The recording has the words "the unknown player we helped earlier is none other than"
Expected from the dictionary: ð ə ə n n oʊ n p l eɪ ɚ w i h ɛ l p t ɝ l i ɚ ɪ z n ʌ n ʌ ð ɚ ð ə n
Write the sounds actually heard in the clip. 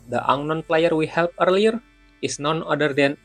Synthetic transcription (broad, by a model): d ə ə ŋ n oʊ n p l eɪ ɚ w i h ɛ l p ɝ l i ɚ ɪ s n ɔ n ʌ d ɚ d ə n